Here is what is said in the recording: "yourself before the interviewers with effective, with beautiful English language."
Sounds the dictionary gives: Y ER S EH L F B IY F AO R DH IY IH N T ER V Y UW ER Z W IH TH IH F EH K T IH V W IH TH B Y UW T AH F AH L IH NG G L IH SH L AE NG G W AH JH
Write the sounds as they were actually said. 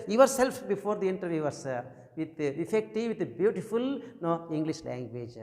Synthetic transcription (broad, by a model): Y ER S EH L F B IY F AO R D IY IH N T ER V Y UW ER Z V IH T IH F EH K T IH V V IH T B Y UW T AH F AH L IH NG G L IH SH L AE NG G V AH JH